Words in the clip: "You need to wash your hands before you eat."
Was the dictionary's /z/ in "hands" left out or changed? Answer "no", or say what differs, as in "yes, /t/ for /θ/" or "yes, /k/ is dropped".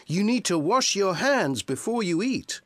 no